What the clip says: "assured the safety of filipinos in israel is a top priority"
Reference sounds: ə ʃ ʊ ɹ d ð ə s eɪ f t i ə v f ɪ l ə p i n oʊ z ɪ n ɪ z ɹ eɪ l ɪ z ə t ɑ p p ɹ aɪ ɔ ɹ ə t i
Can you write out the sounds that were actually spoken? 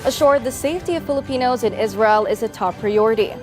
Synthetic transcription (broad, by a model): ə ʃ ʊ ɹ d ð ə s eɪ f t i ə v f ɪ l ə p i n oʊ z ɪ n ɪ z ɹ eɪ l ɪ z ə t ɑ p p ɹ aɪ ɔ ɹ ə t i